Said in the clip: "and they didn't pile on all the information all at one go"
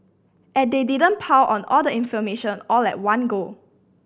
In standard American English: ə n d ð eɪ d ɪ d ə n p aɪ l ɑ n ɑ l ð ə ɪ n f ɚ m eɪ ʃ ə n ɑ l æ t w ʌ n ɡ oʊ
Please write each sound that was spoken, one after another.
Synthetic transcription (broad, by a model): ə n d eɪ d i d ə n p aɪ w ɑ n ɑ l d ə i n f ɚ m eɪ ʃ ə n ɑ l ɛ t w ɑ n ɡ oʊ